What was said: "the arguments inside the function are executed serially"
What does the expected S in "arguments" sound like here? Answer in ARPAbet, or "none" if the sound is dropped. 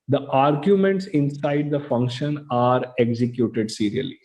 S